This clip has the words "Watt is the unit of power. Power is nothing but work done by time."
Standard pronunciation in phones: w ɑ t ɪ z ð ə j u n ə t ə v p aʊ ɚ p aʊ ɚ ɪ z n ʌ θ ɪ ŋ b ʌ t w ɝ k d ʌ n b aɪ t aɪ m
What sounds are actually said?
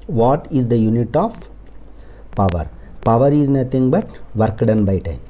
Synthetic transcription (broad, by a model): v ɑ t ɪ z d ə j u n ə t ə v p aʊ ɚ p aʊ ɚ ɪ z n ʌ t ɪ ŋ b ʌ t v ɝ k d ʌ n b aɪ t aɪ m